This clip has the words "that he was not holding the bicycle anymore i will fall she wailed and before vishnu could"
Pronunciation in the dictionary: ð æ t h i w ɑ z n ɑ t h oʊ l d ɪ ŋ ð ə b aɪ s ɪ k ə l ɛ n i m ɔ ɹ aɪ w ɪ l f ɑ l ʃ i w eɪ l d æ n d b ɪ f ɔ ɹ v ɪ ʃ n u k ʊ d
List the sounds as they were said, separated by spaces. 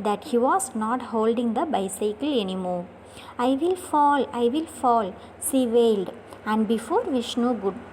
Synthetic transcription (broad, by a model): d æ t h i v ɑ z n ɑ t h oʊ l d ɪ ŋ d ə b aɪ s ɪ k ə l ɛ n i m ɔ ɹ aɪ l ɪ l f ɑ l s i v eɪ l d æ n d b ɪ f ɔ ɹ v ɪ ʃ n u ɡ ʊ d